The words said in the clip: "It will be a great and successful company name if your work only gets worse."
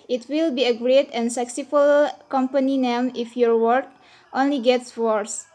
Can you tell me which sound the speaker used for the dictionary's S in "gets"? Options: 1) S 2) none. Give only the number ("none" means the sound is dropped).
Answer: 1